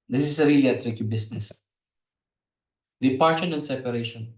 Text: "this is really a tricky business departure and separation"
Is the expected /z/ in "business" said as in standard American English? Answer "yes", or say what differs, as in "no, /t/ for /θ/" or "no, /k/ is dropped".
no, /s/ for /z/